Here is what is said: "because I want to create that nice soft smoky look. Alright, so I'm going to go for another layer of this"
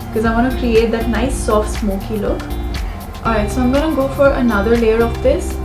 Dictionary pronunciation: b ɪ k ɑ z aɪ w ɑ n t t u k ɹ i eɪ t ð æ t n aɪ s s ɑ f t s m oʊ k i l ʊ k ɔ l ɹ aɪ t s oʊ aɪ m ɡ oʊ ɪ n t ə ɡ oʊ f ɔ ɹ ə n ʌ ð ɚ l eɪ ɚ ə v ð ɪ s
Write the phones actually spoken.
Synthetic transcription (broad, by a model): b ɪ k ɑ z aɪ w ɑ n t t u k ɹ i eɪ t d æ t n aɪ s s ɑ f t s m oʊ k i l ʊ k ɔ ɹ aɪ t s oʊ aɪ m ɡ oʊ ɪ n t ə ɡ oʊ f ɔ ɹ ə n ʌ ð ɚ l eɪ ɚ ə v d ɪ s